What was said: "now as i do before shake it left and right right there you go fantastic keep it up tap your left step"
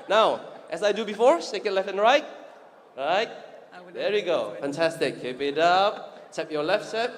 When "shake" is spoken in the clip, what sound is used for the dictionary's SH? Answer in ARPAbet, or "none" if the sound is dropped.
S